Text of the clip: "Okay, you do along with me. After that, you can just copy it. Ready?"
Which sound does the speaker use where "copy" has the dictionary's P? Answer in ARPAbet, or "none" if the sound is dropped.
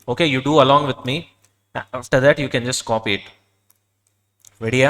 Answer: P